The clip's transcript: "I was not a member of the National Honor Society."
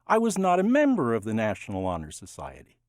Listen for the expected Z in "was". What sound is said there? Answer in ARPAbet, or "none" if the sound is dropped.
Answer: Z